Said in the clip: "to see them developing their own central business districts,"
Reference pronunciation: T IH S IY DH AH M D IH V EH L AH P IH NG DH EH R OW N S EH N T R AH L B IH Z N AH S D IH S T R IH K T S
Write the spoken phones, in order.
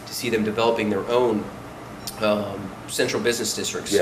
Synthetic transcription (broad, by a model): T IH S IY DH AH M D IH V EH L AH P IH NG DH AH R OW N S EH N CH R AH L B IH Z N AH S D IH S T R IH K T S